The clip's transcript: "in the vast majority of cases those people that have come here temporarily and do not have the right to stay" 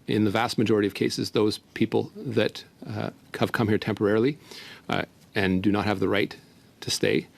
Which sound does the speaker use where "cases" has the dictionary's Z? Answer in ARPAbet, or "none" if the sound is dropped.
Z